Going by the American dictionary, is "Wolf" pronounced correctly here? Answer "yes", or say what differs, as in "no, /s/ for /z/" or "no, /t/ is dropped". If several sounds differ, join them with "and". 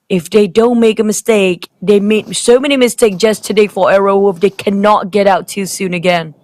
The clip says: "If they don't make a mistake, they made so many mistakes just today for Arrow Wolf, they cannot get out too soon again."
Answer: no, /l/ is dropped